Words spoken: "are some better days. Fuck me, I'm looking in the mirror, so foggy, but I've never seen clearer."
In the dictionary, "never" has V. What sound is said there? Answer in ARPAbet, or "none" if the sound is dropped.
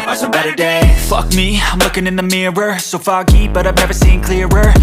V